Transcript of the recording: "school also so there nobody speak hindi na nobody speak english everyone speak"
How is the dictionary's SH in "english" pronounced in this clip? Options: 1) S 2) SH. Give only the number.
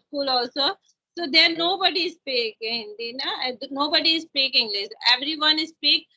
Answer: 1